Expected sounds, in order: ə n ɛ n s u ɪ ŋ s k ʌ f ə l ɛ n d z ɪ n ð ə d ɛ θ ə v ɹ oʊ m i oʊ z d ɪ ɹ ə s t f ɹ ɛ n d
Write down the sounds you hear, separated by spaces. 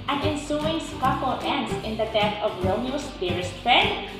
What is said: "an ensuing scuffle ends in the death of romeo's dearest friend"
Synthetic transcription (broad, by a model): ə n ɛ n s u ɪ ŋ s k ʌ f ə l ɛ n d s ɪ n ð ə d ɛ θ ə v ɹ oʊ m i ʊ s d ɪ ɹ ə s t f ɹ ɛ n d